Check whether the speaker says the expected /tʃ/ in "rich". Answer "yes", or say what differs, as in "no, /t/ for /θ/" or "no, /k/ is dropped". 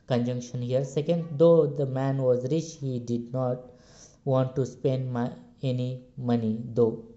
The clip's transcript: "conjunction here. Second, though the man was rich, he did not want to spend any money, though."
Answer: yes